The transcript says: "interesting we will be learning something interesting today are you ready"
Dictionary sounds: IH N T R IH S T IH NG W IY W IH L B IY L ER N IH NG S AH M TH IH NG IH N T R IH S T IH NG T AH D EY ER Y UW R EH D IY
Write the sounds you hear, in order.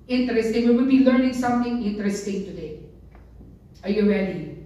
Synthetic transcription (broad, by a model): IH N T R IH S T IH NG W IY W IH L B IY L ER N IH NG S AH M T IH NG IH N T R IH S T IH NG T AH D EY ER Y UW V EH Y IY